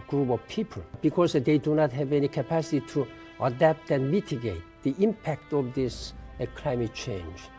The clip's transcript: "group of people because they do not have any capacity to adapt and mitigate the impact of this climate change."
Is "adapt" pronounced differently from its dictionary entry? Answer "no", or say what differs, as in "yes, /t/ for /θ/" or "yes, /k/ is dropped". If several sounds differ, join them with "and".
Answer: no